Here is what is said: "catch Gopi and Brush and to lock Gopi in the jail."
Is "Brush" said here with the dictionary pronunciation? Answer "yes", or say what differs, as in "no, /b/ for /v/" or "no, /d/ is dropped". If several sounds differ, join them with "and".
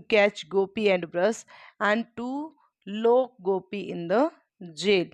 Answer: no, /s/ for /ʃ/